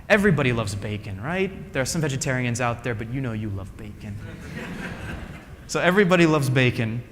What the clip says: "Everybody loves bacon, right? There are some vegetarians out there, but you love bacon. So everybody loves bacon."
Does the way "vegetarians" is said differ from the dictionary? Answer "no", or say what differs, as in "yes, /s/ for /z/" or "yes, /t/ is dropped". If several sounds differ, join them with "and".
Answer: no